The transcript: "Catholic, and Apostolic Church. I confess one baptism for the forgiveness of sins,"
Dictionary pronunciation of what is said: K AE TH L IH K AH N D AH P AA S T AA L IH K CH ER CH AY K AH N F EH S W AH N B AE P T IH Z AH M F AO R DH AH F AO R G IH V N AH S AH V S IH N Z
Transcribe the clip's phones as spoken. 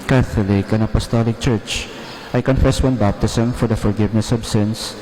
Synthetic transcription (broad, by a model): K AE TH L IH K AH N AH P AA S T AA L IH K CH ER CH AY K AH N F EH S W AH N B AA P T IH S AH M F AO R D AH F AO R G IH V N AH S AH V S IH N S